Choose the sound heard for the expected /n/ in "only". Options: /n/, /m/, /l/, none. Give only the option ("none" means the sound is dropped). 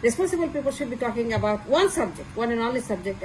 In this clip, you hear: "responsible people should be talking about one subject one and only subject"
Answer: none